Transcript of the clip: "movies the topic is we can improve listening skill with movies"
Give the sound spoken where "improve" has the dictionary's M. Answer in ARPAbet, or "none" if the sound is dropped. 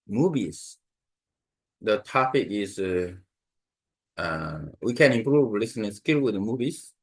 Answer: M